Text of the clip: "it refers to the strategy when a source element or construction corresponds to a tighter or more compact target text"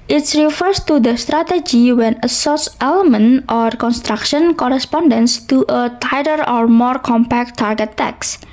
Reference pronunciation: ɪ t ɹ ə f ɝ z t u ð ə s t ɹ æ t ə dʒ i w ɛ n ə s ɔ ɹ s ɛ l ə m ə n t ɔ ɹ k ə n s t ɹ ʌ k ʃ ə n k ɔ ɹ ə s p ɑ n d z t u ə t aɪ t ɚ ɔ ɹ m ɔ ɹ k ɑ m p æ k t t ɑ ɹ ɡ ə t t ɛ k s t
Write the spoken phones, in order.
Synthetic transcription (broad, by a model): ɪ t ɹ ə f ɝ s t u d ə s t ɹ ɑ t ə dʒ i w ɛ n ə s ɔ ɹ s ɛ l ə m ə n t ɔ ɹ k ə n s t ɹ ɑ k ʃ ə n k ɔ ɹ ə s p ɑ n d s t u ə t aɪ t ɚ ɔ ɹ m ɔ ɹ k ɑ m p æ k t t ɑ ɹ ɡ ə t t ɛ k s